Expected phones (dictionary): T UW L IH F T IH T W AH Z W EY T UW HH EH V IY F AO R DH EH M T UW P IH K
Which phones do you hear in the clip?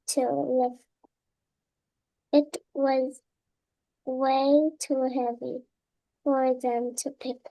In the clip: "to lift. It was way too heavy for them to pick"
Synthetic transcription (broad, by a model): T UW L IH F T IH T W AH Z W EY T UW HH EH V IY F AO R DH EH M T UW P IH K